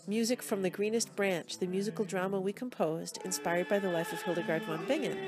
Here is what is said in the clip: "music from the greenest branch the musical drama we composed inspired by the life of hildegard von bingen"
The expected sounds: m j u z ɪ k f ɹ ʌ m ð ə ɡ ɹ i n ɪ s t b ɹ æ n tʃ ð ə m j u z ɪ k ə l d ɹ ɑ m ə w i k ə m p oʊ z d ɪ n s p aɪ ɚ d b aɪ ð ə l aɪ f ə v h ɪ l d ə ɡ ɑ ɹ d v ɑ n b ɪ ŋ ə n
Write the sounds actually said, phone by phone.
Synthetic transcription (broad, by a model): m j u z ɪ k f ɹ ʌ m ð ə ɡ ɹ i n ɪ s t b ɹ æ n tʃ ð ə m j u z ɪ k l d ɹ ɑ m ə w i k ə m p oʊ z d ɪ n s p aɪ ɚ d b aɪ ð ə l aɪ f ə v h ɪ l d ə ɡ ɑ ɹ d w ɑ n b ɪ ŋ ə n